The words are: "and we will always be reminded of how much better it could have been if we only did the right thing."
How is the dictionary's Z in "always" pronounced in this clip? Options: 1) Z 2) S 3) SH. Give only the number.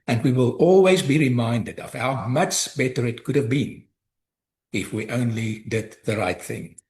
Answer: 1